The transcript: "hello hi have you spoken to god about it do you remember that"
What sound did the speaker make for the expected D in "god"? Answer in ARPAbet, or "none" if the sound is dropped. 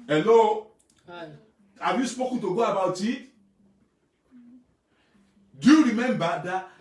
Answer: none